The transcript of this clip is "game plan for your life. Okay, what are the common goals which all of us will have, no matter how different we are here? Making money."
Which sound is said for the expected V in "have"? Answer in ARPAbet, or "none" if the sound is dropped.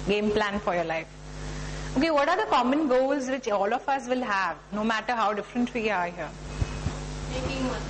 V